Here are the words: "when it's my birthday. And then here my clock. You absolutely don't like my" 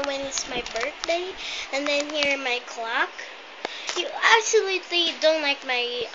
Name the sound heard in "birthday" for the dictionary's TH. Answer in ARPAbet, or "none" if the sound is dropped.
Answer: TH